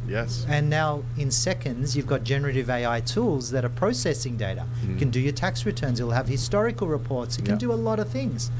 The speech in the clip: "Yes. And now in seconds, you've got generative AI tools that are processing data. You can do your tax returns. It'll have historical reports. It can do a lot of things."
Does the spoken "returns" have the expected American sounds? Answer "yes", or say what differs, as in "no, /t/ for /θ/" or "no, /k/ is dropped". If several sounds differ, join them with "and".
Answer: yes